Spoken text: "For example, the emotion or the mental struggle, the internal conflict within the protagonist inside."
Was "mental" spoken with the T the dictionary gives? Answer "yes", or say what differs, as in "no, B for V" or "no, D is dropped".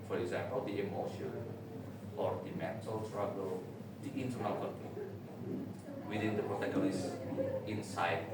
no, S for T